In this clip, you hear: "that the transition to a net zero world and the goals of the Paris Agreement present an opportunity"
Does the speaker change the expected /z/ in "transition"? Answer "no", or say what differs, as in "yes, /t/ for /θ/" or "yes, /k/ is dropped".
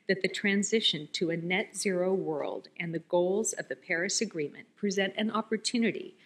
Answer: no